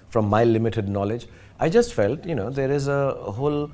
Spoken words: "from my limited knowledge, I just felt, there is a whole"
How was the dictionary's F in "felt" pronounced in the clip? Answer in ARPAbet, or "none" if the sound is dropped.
F